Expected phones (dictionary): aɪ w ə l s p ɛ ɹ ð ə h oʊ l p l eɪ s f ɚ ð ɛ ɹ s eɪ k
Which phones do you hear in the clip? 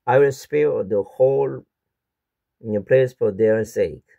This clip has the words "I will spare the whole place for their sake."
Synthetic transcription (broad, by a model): aɪ w ə l s p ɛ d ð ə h oʊ l p l eɪ s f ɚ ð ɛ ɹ s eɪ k